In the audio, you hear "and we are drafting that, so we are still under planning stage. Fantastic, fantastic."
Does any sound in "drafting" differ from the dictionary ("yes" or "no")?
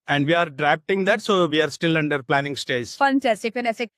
yes